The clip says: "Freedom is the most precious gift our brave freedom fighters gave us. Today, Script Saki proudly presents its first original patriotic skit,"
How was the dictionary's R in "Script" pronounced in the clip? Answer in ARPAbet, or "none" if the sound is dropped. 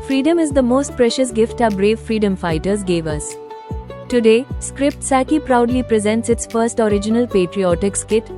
R